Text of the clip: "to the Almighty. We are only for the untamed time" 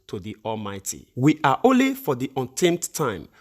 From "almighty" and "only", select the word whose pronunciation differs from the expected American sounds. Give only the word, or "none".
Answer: none